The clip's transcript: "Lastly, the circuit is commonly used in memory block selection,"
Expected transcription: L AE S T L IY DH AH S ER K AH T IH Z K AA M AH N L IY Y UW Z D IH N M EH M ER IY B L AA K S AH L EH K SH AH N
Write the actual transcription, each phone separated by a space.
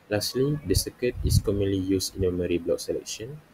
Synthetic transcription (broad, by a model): L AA S T L IY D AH S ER K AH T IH S K AA M AH N L IY Y UW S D IH N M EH M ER IY B L AA K S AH L EH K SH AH N